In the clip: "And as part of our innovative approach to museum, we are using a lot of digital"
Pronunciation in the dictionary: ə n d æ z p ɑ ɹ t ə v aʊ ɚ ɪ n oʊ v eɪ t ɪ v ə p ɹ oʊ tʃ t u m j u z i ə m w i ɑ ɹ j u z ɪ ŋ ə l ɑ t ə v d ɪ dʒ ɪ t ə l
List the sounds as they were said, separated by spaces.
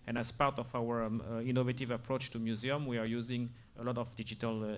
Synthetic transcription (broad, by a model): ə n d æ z p ɑ ɹ t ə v aʊ ɚ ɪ n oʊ v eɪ t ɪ v ə p ɹ oʊ tʃ t u m j u z i ə m w i ɑ ɹ j u z ɪ ŋ ə l ɑ t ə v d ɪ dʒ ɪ t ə l